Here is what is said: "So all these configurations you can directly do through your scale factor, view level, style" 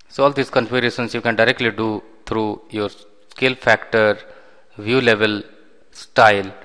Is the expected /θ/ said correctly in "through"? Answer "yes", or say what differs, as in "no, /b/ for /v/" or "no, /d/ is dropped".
no, /t/ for /θ/